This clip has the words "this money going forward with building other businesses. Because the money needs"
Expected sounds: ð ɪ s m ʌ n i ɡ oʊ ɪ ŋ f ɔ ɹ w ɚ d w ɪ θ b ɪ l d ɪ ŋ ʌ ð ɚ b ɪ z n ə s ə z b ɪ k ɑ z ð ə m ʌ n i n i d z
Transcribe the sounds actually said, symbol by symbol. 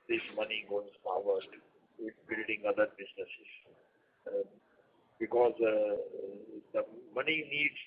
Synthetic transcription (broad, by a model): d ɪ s m ʌ n i ɡ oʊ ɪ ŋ p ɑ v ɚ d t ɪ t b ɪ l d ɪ ŋ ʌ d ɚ b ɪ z n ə s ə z b ɪ k ɑ z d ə m ʌ n i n i d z